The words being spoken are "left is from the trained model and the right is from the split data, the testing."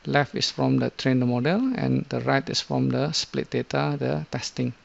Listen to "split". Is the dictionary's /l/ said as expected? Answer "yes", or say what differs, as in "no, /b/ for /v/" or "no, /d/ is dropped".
yes